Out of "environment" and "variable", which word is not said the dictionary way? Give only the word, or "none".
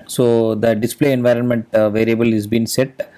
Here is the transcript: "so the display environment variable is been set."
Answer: none